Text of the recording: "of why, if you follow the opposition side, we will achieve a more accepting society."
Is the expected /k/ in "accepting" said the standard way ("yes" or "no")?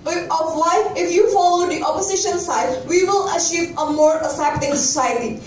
no